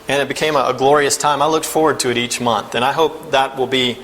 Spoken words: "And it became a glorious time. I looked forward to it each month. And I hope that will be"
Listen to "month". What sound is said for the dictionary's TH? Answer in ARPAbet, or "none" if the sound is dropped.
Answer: TH